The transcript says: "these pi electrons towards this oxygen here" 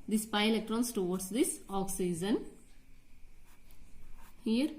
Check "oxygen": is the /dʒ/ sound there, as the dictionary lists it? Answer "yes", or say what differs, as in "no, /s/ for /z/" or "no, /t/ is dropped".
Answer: no, /z/ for /dʒ/